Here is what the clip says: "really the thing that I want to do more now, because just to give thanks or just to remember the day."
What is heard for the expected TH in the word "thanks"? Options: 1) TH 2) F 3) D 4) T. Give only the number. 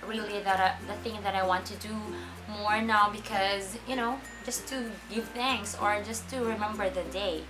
1